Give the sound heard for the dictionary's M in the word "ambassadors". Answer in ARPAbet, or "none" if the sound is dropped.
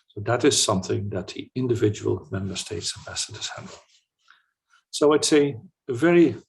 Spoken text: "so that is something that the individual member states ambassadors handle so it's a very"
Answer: none